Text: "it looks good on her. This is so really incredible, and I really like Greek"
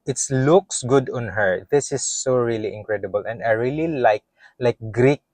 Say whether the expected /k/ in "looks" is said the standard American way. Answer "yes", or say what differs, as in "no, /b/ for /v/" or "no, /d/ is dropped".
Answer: yes